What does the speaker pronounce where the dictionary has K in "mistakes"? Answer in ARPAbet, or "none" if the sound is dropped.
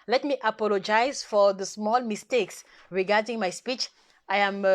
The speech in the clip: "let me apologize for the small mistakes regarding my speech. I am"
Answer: K